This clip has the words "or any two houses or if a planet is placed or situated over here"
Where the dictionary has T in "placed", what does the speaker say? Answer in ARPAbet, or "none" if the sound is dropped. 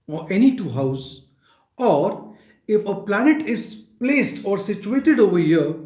T